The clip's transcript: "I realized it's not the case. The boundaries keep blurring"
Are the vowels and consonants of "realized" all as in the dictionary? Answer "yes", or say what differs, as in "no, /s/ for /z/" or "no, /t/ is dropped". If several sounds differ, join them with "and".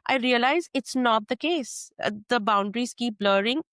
no, /d/ is dropped